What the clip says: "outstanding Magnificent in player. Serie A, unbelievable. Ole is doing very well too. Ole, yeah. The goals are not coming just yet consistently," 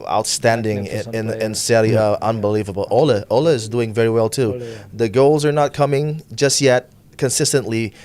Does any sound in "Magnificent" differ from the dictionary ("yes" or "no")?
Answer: yes